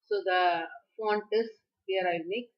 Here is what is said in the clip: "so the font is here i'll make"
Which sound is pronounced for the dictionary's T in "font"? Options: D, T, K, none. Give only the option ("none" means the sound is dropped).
T